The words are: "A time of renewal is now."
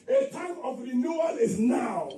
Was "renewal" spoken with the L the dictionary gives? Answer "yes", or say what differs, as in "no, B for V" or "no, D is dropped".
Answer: no, N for L